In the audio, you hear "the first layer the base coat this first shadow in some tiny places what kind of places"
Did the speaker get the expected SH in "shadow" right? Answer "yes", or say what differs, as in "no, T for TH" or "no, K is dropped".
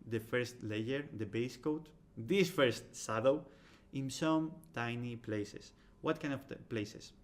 no, S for SH